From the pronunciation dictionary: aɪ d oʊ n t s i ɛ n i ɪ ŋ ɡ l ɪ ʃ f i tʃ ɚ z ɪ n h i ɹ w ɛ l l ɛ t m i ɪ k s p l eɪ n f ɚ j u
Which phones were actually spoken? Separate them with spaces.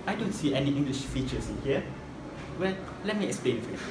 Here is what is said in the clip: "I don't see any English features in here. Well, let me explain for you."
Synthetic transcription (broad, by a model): aɪ d oʊ n t s i ɛ n i ɪ ŋ ɡ l ɪ ʃ f i tʃ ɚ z ɪ n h i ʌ w ɛ l l ɛ t m i ɪ k s p l eɪ n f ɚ